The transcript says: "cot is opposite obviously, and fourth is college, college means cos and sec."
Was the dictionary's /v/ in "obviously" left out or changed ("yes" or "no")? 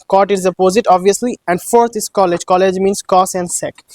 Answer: no